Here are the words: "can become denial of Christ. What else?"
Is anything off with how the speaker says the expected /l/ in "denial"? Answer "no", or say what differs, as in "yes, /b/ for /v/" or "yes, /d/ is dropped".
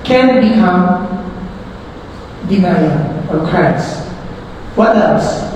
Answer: yes, /n/ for /l/